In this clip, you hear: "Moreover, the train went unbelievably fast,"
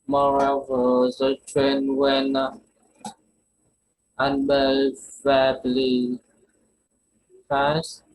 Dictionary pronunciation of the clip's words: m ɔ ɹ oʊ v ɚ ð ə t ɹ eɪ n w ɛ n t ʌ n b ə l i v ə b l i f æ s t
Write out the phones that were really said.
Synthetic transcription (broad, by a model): m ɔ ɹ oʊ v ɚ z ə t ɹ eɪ n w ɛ n ʌ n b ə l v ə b l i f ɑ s